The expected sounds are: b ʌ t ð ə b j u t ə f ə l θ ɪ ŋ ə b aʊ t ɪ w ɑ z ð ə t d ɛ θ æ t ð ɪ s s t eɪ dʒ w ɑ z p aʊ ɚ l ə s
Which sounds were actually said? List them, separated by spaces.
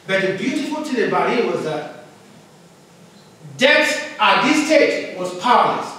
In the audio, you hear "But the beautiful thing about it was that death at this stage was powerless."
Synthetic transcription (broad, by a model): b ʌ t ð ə b j u t ə f ə l t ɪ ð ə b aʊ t ɪ w ɑ z ð ə t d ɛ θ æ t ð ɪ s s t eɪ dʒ w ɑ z p aʊ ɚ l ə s